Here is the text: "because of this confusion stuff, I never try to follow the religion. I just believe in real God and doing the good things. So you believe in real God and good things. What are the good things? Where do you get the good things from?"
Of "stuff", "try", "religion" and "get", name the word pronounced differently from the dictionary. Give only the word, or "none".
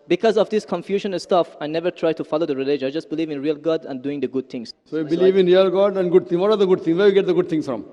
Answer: religion